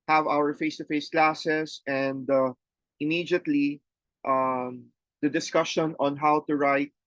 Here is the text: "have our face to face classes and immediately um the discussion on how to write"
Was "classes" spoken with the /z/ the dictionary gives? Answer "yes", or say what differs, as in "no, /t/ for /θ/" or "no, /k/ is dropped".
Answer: no, /s/ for /z/